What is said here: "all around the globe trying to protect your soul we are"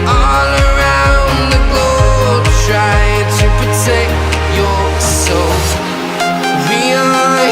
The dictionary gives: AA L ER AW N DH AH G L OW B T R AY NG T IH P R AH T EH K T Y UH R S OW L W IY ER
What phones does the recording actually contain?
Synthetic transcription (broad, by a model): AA L ER AW N DH AH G OW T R AY T IH P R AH T EH K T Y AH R S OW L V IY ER